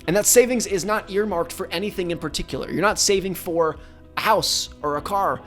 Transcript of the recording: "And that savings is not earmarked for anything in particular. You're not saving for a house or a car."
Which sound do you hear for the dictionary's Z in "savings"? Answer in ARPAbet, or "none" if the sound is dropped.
Z